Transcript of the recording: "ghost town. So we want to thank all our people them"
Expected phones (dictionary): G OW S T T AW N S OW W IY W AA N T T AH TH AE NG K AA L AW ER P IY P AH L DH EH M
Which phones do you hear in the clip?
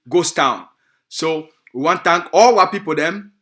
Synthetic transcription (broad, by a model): G OW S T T AW N S OW W IY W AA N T T AH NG K AA L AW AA P IY P AH L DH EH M